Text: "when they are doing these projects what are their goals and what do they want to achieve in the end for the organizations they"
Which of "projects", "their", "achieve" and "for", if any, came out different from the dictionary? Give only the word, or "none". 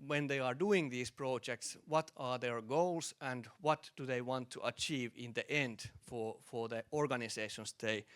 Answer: none